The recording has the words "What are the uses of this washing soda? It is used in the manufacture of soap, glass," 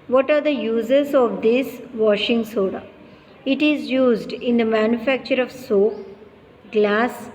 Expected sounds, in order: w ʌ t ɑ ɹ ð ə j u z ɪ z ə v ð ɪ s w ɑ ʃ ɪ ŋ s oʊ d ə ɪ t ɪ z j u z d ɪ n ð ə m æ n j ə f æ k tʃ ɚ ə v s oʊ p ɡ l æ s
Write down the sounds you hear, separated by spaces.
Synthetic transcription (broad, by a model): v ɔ t ɑ ɹ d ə j u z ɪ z ə v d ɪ s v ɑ ʃ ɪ ŋ s oʊ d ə ɪ t ɪ z j u z d ɪ n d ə m æ n j ə f æ k tʃ ɚ ə v s oʊ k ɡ l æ s